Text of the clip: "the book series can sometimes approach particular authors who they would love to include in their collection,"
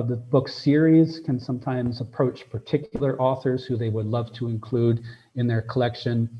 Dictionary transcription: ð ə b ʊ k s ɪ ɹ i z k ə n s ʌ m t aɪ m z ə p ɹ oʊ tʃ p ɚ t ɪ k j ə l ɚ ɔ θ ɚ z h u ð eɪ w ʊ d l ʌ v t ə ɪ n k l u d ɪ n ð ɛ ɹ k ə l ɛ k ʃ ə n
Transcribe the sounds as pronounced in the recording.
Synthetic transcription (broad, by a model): ð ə b ʊ k s ɪ ɹ i z k ə n s ʌ m t aɪ m z ə p ɹ oʊ tʃ p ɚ t ɪ k j l ɚ ɔ θ ɚ z h u ð eɪ w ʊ d l ʌ v t ə ɪ n k l u d ɪ n ð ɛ ɹ k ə l ɛ k ʃ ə n